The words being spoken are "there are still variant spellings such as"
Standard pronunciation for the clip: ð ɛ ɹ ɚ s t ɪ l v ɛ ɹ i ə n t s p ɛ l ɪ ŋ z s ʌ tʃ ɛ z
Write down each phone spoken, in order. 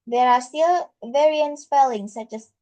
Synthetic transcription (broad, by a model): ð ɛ ɹ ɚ s t ɪ l v ɛ ɹ i ə n t s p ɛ l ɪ ŋ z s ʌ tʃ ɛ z